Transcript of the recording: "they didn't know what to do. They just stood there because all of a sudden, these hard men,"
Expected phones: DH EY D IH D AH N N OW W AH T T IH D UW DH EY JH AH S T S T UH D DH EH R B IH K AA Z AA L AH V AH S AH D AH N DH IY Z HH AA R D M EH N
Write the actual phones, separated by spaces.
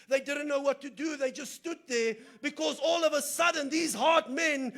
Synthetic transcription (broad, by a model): DH EY D IH D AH N N OW W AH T T IH D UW DH EY JH AH S T S T UH D DH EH R B IH K AA Z AA L AH V AH S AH D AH N DH IY Z HH AA R D M EH N